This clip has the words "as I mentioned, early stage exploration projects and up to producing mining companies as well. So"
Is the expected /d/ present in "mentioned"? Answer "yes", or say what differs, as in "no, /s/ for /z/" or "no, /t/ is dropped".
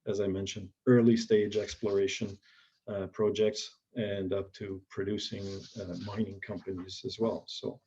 yes